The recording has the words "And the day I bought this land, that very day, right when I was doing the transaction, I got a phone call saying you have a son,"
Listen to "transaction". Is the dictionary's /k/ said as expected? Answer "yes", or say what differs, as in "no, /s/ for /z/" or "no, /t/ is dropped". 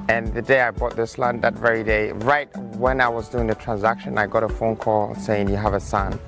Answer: yes